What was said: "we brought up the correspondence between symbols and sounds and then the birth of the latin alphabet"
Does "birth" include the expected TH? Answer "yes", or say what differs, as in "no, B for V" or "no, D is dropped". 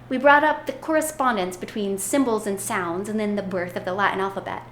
yes